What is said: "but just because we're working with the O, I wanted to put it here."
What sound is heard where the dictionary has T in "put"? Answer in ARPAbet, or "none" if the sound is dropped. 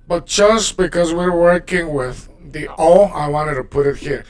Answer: T